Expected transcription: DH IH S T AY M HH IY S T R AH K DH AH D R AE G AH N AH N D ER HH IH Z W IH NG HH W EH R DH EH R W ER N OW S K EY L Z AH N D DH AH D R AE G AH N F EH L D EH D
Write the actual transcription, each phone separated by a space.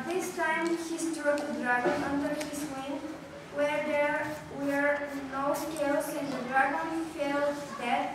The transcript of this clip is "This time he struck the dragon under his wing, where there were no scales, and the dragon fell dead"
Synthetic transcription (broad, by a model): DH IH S T AY M HH IY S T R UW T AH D R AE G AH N AH N D ER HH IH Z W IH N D W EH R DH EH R W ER N OW S K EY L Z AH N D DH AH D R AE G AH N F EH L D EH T